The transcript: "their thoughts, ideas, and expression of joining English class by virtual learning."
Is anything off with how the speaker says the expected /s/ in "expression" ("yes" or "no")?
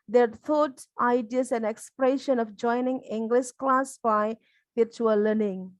no